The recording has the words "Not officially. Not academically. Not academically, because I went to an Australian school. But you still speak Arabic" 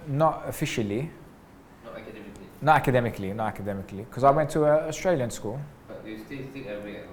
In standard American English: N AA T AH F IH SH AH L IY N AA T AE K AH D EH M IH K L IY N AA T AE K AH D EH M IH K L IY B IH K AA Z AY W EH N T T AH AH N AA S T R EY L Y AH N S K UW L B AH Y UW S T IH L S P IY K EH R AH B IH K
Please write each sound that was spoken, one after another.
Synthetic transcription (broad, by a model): N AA T AH F IH SH AH L IY N AA T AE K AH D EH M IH K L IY N AA T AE K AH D EH M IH K L IY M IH K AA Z AY W EH N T T AH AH AA S T R EY L Y AH N S K UW L B AH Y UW S T IH L S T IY EH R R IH